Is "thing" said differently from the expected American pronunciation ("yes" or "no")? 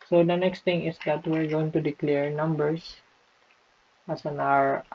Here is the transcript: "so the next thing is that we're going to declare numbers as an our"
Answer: yes